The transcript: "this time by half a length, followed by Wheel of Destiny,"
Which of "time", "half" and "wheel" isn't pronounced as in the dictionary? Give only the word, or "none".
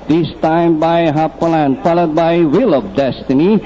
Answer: half